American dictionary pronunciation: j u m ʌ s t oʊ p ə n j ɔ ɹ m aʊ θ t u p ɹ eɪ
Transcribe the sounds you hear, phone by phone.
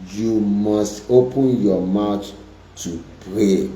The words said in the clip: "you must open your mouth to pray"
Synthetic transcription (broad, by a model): j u m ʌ s t oʊ p ə n j ɔ m aʊ t t u p ɹ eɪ